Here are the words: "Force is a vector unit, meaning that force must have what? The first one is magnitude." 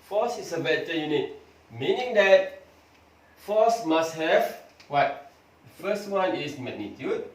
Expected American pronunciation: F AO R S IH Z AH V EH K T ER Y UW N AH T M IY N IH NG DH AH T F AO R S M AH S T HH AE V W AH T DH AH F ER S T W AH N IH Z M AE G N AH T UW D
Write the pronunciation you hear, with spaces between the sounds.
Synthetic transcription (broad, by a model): F AO S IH S AH B EH T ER Y UW N AH T M IY N IH NG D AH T F AO S M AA S T HH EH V W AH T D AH F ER S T W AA N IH S M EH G N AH T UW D